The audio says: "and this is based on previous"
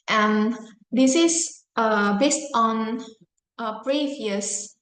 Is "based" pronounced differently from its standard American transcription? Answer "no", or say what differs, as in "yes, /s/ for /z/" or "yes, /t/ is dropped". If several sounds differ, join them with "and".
no